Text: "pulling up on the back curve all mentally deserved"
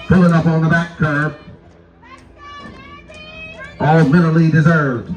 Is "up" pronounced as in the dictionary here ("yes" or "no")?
yes